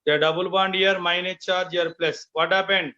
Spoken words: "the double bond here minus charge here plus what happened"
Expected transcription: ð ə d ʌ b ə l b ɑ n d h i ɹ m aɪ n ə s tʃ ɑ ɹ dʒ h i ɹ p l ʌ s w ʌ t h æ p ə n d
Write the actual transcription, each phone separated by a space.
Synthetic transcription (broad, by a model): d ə d ʌ b ə l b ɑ n d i ɹ m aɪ n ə tʃ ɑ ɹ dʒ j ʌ ɹ p l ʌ s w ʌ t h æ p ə n d